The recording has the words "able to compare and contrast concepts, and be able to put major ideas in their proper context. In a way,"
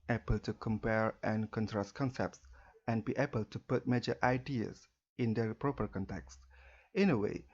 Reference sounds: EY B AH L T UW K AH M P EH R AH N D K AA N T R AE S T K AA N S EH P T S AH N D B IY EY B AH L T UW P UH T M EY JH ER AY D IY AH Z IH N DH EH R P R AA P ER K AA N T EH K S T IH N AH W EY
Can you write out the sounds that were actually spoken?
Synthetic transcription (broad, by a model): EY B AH L T UW K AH M P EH R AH N K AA N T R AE S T K AA N S EH P T S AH N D B IY EY B AH L T UW P UH T M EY JH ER AY D IY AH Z IH N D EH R P R AA P ER K AA N T EH K S T IH N AH W EY